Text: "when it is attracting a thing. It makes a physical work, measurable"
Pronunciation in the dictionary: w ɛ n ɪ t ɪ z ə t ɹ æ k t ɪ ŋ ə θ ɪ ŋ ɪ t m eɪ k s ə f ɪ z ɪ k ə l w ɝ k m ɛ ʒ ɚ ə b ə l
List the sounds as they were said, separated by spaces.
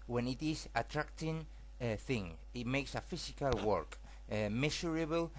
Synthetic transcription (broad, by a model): w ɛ n ɪ t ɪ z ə t ɹ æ k t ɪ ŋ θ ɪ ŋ ɪ t m eɪ k s ə f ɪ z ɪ k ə l w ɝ k m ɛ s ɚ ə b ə l